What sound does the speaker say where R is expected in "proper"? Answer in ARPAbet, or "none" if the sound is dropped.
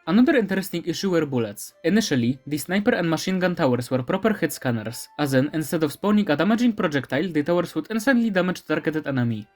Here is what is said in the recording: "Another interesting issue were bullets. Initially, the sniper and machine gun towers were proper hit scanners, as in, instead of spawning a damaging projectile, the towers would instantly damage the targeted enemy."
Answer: R